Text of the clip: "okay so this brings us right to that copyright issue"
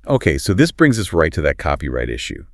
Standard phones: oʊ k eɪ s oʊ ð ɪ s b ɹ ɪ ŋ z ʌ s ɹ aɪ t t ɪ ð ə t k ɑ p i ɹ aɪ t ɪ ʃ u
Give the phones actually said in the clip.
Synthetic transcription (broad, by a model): oʊ k eɪ s oʊ ð ɪ s b ɹ ɪ ŋ z ʌ s ɹ aɪ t t ɪ ð ə t k ɑ p i ɹ aɪ t ɪ ʃ u